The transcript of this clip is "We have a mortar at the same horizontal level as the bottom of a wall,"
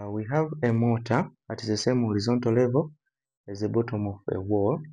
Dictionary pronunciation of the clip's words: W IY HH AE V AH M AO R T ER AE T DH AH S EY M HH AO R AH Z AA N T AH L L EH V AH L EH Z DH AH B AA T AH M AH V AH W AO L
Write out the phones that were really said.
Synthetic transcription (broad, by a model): W IY HH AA V AH M AO T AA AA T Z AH S EY M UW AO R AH Z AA N T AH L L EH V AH EH Z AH B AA T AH M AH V AH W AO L